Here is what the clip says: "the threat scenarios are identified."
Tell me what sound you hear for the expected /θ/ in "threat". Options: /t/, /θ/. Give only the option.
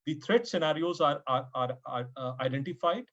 /t/